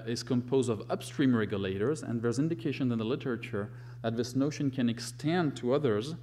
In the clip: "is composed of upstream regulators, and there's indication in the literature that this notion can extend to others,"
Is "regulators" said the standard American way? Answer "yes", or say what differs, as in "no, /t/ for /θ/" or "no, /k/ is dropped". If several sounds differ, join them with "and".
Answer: yes